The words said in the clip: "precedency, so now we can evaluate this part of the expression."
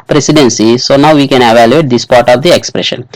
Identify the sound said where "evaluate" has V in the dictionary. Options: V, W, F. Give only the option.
V